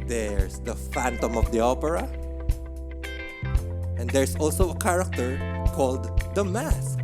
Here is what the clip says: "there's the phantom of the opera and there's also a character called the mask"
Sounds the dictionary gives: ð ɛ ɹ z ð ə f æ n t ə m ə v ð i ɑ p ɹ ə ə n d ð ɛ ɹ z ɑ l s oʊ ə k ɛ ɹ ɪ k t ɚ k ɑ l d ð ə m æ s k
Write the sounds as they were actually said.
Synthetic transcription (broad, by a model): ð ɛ ɹ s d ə f æ n t ə m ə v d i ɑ p ɹ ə ə n d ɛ ɹ s ɑ l s oʊ ə k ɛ ɹ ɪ k t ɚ k ɑ l d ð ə m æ s k